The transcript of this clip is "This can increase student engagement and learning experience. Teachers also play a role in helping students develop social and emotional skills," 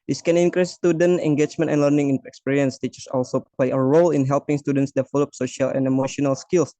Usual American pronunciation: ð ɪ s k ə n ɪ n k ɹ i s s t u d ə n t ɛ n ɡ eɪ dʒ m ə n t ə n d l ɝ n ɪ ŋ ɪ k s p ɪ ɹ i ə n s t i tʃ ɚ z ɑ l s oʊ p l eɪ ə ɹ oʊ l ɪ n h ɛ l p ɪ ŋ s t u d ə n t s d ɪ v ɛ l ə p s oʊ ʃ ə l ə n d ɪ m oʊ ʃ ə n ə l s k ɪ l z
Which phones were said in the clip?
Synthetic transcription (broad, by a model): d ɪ s k ə n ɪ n k ɹ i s s t u d ə n t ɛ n ɡ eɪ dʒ m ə n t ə n l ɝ n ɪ ŋ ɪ k s p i ɹ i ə n s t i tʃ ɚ s ɑ l s oʊ p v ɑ ə ɹ oʊ l ɪ n h ɛ l p ɪ ŋ s t u d ə n t s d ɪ f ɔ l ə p s oʊ ʃ ə l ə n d ɪ m oʊ ʃ ə n ə l s k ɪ l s